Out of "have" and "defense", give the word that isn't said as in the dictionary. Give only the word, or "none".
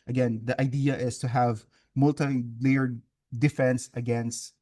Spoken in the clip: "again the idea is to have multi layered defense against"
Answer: none